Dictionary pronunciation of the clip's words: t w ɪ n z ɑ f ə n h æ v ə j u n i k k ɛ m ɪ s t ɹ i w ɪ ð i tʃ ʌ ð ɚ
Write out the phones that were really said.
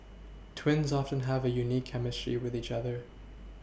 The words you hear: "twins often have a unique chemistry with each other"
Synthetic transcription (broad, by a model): t w ɪ n z ɑ f ə n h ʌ v ə j u n i k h ɛ m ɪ s t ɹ i w ɪ ð i tʃ ʌ ð ɚ